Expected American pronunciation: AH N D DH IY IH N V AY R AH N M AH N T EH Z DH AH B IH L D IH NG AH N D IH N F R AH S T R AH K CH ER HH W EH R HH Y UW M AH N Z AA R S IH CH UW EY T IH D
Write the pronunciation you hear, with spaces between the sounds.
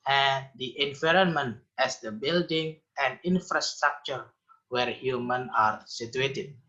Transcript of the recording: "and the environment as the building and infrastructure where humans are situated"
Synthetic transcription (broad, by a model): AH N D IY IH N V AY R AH N M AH N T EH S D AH B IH L D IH NG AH N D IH N F R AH S T R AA K CH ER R W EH R HH Y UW M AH N AA R S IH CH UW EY T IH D